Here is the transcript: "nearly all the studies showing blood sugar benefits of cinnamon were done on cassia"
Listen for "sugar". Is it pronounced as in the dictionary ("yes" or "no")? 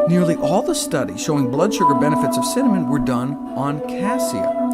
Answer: yes